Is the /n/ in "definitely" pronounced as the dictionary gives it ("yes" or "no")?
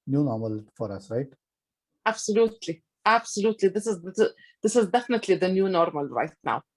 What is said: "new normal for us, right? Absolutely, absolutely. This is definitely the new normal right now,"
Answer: yes